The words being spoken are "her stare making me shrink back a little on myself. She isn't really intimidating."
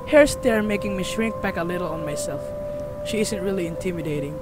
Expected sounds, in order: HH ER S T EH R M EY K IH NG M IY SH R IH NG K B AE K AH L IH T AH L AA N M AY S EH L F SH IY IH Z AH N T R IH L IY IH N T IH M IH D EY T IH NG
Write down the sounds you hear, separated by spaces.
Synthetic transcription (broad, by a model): HH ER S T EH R M EY K IH NG M IY SH R IH NG K B AE K AH L IH T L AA N M AY S EH L F SH IY IH Z AH N T R IH L IY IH N T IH M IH D EY T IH NG